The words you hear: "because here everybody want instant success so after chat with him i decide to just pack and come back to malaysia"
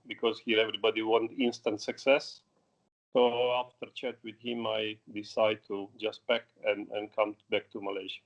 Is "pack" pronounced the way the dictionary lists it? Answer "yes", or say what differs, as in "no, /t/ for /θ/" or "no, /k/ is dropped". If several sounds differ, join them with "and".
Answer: no, /b/ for /p/